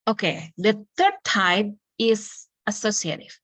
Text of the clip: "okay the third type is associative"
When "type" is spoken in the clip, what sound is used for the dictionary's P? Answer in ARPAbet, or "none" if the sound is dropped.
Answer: B